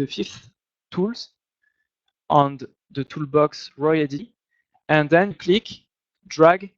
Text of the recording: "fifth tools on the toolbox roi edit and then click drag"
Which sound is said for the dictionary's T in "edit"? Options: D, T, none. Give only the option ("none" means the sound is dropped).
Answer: none